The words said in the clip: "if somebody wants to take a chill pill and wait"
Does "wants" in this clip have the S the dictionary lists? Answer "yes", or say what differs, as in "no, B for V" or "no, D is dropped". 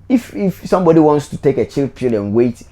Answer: yes